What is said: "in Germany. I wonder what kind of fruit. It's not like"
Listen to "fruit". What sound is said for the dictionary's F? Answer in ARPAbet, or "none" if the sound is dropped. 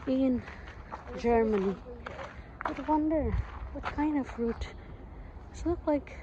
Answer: F